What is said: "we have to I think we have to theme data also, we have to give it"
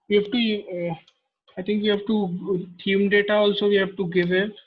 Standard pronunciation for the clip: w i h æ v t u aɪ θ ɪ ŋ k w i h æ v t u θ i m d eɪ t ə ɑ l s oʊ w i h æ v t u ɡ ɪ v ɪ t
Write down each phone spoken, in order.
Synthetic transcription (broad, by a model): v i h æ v t u aɪ t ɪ ŋ k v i h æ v t u t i m d eɪ t ə ɑ l s oʊ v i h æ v t u ɡ ɪ v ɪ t